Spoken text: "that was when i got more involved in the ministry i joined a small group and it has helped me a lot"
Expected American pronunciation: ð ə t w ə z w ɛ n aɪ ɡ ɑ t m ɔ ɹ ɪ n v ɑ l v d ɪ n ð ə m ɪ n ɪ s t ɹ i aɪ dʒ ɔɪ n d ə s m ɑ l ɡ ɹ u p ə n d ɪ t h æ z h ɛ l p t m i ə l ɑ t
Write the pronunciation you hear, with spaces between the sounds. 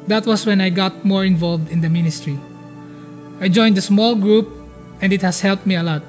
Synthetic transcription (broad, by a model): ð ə t w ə s w ɛ n aɪ ɡ ɑ t m ɔ ɹ ɪ n v ɑ l v d ɪ n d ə m ɪ n ɪ s t ɹ i aɪ dʒ ɔɪ n d ə s m ɑ l ɡ ɹ u p ə n d ɪ t h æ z h ɛ l p t m i ə l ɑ t